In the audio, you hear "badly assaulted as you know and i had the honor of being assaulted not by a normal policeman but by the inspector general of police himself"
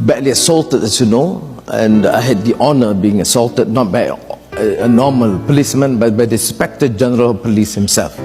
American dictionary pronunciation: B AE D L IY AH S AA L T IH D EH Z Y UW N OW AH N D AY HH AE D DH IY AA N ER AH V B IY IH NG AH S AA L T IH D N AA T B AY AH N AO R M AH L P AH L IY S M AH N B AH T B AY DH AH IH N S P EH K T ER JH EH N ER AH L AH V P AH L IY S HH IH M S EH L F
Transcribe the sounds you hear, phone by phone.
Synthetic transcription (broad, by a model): B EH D L IY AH S AA L T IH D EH S Y UW N OW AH N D AY HH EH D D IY AA N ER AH B IY IH NG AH S AA L T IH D N AA T B AY AH N AO M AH L P AH L IY S M AH N B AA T B AY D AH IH S P EH K T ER JH EH N ER AH L P AH L IY S HH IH M S EH L F